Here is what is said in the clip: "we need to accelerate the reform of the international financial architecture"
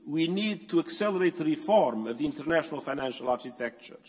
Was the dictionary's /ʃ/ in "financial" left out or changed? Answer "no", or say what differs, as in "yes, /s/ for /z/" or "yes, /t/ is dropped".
no